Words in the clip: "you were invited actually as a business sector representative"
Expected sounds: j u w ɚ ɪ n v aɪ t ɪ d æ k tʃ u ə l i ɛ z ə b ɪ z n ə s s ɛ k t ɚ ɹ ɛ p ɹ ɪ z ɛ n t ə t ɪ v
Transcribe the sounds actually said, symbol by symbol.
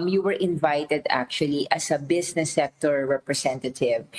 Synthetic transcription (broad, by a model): j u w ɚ ɪ n v aɪ t ɪ d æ k tʃ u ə l i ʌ s ə b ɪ s n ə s s ɛ k t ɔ ɹ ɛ p ɹ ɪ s ɛ n t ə t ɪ v